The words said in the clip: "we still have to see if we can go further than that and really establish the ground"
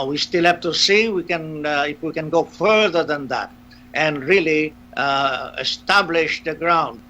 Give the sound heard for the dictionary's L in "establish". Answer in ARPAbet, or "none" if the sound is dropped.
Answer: L